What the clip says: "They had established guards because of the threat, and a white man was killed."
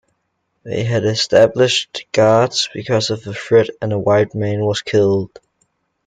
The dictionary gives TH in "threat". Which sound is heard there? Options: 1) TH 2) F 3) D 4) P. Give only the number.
2